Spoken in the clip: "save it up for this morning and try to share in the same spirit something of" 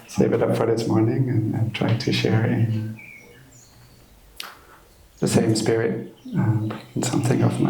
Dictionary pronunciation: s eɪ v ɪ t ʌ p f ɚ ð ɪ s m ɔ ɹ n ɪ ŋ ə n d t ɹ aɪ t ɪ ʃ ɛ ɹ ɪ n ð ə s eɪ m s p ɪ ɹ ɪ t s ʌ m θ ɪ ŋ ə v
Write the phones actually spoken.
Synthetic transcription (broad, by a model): s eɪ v ɪ t ʌ p f ɚ ð ɪ s m ɔ ɹ n ɪ ŋ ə n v t ɹ aɪ t ɪ ʃ ɛ ɹ ɪ n ð ə s eɪ m s p ɪ ɹ ɪ t s ʌ m θ ɪ ŋ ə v